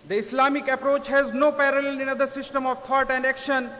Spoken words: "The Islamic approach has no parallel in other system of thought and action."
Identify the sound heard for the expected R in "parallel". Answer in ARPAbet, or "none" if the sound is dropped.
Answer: R